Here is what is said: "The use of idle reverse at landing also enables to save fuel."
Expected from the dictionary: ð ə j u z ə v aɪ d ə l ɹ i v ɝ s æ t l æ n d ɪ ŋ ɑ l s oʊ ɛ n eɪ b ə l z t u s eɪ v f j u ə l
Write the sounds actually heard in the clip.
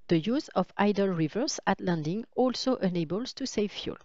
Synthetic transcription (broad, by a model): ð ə j u z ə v aɪ d ə l ɹ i v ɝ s æ t l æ n d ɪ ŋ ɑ l s oʊ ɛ n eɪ b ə l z t u s eɪ v f j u l